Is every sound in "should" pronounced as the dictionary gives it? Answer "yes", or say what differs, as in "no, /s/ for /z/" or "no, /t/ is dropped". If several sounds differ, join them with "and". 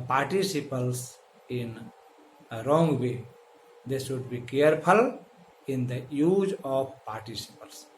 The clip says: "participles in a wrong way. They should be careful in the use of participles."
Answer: no, /s/ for /ʃ/